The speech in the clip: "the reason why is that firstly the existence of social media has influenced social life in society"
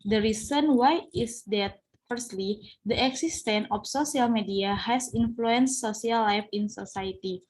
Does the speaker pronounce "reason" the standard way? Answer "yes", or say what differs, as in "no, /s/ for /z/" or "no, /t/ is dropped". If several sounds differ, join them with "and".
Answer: no, /s/ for /z/